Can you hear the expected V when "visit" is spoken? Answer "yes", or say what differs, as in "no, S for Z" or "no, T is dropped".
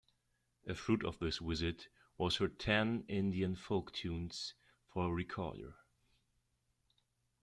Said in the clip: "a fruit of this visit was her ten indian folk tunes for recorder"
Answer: no, W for V